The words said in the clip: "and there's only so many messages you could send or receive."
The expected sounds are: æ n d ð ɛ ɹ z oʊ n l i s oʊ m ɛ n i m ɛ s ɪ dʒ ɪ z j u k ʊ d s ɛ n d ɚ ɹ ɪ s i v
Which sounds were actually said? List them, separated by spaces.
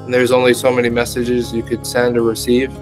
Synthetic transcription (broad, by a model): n ð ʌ ɹ z oʊ n l i s oʊ m ɛ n i m ɛ s ɪ dʒ ɪ z j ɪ k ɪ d s ɛ n d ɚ ɹ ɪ s i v